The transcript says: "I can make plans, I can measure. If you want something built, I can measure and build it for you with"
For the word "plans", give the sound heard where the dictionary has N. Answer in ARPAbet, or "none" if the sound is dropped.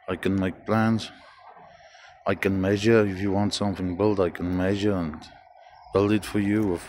N